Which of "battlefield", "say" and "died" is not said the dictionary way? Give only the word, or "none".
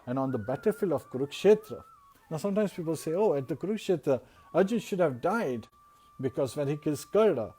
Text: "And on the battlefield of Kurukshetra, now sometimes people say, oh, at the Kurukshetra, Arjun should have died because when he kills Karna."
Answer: battlefield